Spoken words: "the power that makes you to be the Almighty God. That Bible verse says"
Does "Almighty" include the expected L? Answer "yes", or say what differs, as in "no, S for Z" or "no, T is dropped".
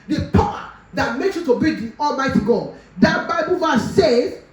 yes